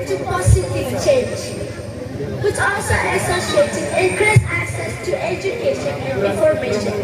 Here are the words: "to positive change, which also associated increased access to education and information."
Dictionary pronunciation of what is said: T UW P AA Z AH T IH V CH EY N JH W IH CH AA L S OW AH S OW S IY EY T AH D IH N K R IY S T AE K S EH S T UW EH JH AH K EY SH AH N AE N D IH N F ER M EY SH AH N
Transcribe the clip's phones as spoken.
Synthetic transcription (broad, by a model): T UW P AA S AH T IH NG CH EY N JH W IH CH AA L S OW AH S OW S IY EY T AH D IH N K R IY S AE K S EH S T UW EH JH AH K EY SH AH N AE N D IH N F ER M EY SH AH N